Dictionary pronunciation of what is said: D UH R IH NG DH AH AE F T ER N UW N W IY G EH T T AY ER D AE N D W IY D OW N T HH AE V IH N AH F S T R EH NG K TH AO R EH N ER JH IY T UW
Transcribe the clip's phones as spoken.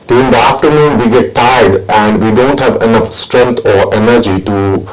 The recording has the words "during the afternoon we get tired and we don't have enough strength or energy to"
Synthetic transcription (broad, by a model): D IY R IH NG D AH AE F T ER N UW N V IY G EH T T AY D AE N D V IY D OW N T HH AE V IH N AH F S T R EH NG K T AO R EH N ER JH IY T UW